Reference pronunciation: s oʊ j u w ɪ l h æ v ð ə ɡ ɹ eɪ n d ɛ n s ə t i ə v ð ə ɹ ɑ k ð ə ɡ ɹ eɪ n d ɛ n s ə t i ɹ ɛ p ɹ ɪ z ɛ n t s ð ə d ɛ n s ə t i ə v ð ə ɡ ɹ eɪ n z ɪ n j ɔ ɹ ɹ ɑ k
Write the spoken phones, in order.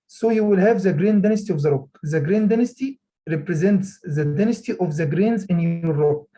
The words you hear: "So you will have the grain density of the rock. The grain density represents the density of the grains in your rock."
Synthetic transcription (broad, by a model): s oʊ j u w ɪ l h æ v ð ə ɡ ɹ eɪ n d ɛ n s t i ə v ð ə ɹ ɑ k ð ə ɡ ɹ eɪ n d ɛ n s t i ɹ ɛ p ɹ ɪ z ɛ n t s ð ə d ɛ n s t i ə v ð ə ɡ ɹ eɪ n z ɪ n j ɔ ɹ ɹ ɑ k